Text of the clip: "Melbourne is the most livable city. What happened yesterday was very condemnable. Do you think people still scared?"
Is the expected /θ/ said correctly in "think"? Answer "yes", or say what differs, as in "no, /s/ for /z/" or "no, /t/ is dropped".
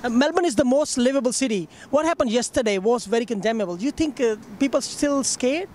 no, /t/ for /θ/